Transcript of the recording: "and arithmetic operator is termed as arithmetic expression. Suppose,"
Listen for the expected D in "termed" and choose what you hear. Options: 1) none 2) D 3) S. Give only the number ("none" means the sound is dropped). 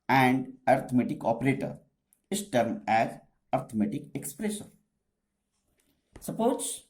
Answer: 1